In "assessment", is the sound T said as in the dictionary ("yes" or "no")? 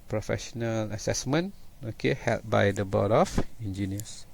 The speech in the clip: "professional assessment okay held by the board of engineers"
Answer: no